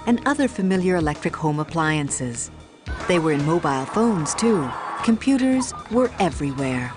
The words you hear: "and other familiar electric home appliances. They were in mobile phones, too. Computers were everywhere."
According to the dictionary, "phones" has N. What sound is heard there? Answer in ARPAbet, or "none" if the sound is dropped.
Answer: N